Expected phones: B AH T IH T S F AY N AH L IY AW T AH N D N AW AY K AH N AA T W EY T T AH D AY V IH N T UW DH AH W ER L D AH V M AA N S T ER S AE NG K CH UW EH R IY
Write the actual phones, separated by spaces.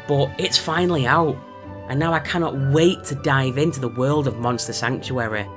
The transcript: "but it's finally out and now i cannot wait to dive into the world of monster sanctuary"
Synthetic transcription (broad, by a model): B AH T IH T S F AY N L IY AW T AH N N AW AY K AH N AA T W EY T T AH D AY V IH N T UW DH AH W ER L D AH V M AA N S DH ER S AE NG K CH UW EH R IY